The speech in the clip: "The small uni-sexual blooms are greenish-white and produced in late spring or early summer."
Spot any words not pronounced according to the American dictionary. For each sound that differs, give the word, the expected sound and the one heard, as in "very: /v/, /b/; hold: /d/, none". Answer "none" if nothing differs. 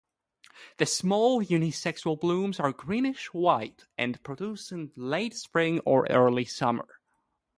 produced: /t/, none